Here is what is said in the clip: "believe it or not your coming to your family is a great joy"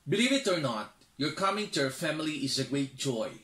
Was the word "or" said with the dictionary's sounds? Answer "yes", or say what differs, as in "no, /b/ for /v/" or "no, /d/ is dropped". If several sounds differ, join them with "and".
yes